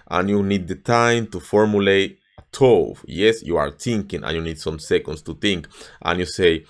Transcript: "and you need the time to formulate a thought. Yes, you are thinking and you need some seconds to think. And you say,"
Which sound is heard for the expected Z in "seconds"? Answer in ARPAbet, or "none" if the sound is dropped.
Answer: S